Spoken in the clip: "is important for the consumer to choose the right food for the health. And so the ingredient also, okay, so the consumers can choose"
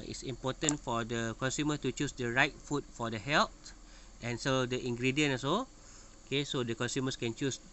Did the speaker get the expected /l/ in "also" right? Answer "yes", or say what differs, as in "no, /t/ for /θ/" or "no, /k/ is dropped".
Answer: no, /l/ is dropped